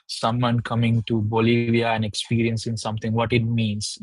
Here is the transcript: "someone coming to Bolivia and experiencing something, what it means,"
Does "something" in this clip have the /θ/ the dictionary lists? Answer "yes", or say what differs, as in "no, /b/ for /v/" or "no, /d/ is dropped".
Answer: no, /t/ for /θ/